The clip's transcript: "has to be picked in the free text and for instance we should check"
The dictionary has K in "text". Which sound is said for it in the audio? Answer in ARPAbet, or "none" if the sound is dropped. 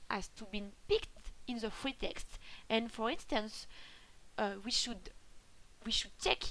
K